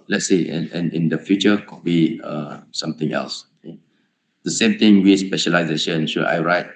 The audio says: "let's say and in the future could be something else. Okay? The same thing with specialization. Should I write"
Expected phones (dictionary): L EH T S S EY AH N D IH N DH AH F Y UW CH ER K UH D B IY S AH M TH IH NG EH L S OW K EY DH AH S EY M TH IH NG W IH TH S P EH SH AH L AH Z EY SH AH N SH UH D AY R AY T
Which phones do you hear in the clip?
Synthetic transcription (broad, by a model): L EH T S S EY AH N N IH N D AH F Y UW CH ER K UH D B IY S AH M T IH NG EH L S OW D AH S EY M T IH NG W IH S P EH SH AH L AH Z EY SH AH N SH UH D AY R AY T